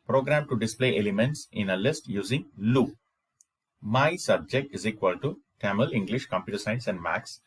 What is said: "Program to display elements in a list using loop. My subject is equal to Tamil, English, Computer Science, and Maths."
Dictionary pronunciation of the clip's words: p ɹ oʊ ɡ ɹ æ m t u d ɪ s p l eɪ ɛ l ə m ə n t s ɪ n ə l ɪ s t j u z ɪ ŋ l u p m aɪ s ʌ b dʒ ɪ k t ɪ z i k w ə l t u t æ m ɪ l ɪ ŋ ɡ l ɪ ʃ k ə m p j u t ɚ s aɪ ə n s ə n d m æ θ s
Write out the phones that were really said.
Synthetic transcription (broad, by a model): p ɹ oʊ ɡ ɹ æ m t u d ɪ s p l eɪ ɛ l ə m ə n t s ɪ n ə l ɪ s t j u z ɪ ŋ l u m aɪ s ʌ b dʒ ɪ k t ɪ z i k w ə l t u t æ m ɪ l ɪ ŋ ɡ l ɪ ʃ k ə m p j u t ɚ s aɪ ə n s ə n d m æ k s